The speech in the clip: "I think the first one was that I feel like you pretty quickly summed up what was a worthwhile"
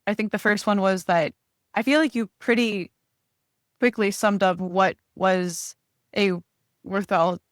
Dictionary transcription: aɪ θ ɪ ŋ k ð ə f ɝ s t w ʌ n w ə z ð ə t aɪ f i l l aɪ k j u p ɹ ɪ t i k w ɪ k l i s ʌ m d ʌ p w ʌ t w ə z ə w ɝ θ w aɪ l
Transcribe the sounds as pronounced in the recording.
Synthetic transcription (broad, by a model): aɪ θ ɪ ŋ k ð ə f ɝ s t w ʌ n w ə z ð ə t aɪ f i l l aɪ k j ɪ p ɹ ɪ t i k w ɪ k l i s ʌ m d ʌ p w ʌ t w ə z ə w ɝ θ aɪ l